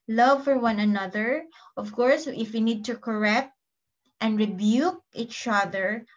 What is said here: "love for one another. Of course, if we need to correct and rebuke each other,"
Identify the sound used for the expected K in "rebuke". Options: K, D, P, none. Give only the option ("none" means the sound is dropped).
K